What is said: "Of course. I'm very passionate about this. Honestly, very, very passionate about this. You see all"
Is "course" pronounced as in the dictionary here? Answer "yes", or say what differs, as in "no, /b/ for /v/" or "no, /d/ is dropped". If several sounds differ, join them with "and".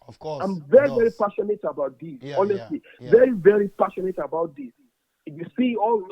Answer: no, /s/ is dropped